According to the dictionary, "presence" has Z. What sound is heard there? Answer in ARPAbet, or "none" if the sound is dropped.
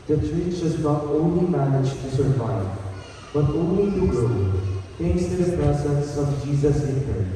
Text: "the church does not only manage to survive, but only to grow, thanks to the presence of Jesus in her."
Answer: S